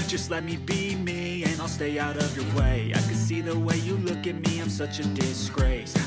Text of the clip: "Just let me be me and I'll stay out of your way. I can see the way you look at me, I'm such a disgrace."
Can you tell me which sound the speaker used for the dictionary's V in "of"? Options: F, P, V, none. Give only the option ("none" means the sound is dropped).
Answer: V